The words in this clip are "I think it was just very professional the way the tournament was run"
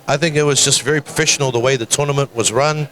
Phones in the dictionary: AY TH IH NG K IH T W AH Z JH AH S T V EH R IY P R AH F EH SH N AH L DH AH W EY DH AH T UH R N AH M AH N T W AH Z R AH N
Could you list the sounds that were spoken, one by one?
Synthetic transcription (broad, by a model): AY TH IH NG K IH T W AH Z JH AH S T V EH R IY P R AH F EH SH N L DH AH W EY DH AH T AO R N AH M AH N T W AH Z R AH N